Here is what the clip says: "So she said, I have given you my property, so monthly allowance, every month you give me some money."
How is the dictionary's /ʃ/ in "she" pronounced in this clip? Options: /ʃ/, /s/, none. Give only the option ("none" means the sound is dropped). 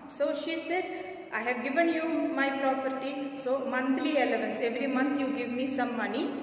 /ʃ/